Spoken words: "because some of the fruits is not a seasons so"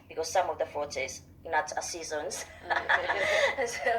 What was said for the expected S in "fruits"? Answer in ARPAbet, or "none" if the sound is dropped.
none